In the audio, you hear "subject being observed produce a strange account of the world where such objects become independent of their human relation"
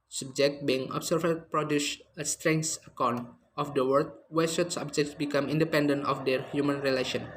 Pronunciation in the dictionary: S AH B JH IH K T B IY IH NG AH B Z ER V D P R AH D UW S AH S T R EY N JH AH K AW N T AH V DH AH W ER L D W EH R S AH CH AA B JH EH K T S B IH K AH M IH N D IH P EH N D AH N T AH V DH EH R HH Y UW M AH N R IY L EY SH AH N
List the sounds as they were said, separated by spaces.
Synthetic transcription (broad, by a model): S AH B JH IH K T B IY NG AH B S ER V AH P R AH D UW S AH S T R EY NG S AH K AW N T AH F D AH W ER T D W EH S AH S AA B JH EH K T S B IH K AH M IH N D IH P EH N D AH N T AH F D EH R HH Y UW M AH N R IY L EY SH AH N